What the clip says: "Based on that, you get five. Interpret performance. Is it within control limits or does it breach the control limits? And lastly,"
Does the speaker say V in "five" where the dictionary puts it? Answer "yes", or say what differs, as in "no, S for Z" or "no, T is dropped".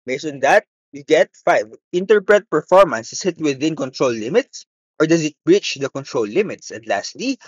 yes